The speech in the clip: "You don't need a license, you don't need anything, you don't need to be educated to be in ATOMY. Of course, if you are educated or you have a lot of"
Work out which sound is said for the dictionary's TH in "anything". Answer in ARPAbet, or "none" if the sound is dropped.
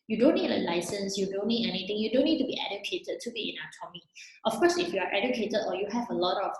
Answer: T